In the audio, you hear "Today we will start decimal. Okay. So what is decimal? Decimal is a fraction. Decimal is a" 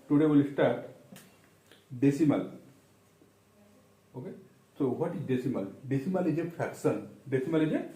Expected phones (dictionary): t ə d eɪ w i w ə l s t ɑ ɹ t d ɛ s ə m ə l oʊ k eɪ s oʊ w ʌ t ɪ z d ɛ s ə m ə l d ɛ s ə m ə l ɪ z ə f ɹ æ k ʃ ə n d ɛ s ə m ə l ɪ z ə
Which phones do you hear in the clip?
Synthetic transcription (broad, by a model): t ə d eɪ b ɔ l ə s t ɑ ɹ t d ɛ s ə m ə l oʊ k eɪ s oʊ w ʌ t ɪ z d ɛ s ə m ə l d ɛ s ə m ə l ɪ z ə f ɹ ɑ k s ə n d ɛ s ə m ə l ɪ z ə